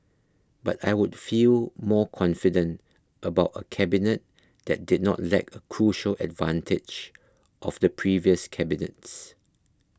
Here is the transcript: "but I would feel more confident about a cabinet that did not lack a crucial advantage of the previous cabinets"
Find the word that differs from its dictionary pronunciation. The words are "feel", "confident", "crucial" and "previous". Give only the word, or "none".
none